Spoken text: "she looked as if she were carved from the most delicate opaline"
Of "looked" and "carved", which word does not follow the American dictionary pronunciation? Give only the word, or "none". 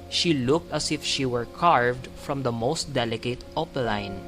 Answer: none